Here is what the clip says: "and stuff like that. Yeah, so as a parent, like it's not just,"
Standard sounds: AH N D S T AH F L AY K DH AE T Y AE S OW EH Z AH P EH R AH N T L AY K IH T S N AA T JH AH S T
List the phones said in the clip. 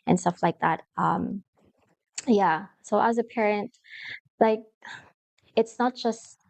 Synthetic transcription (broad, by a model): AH N S T AH F L AY K DH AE T Y AE S OW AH Z AH P EH R AH N T L AY K IH T S N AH T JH AH S T